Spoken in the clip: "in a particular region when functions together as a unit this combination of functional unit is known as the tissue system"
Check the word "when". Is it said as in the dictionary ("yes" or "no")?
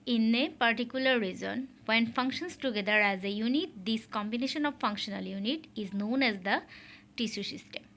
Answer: yes